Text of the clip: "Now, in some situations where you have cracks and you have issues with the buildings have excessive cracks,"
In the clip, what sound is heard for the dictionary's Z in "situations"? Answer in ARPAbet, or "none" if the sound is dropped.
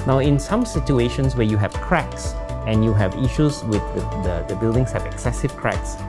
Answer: S